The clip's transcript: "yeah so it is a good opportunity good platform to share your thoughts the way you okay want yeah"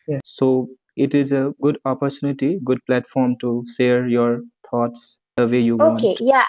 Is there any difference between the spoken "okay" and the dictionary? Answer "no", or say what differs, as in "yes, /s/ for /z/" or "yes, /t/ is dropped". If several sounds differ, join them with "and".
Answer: yes, /k/ is dropped